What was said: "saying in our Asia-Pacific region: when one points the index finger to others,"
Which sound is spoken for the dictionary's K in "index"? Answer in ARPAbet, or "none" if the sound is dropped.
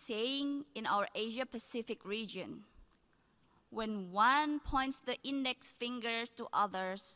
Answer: K